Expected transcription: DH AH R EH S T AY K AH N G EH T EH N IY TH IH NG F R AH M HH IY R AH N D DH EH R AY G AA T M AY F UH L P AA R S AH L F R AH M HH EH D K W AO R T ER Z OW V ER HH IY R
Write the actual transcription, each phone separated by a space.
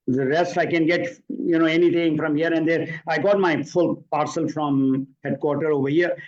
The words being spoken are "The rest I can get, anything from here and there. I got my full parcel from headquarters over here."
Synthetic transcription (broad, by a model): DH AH R EH S T AY K AH N G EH T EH N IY T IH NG F R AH M HH IY R AH N D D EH R AY G AA T M AY F UH L P AA R S AH L F R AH M HH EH D K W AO R T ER OW V ER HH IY R